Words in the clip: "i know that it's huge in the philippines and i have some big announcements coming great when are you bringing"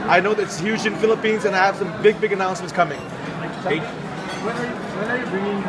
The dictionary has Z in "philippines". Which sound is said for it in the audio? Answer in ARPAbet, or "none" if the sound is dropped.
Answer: Z